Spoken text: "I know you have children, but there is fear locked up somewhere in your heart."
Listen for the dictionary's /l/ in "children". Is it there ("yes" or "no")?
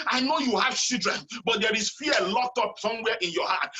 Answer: no